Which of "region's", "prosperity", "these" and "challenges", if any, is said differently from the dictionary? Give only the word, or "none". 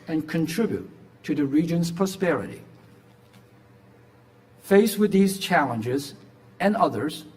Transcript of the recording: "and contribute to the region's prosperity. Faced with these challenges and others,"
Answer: none